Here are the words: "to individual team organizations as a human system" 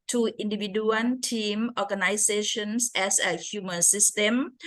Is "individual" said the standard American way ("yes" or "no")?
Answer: no